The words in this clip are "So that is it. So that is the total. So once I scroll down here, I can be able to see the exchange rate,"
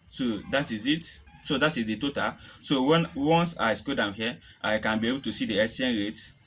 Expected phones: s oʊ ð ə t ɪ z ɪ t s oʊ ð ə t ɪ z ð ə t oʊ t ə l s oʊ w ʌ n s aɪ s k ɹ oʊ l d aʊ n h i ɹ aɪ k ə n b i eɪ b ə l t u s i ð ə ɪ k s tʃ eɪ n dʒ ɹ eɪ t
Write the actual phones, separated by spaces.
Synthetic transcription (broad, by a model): s oʊ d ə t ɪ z ɪ t s oʊ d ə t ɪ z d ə t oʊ t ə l s oʊ w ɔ n s aɪ s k oʊ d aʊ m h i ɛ aɪ k ə n b i eɪ b ə l t u s i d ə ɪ s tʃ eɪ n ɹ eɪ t